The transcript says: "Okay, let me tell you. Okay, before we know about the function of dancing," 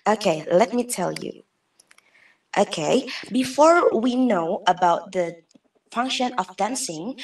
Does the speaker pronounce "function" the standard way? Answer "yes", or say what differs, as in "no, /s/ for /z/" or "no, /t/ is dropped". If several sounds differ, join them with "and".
yes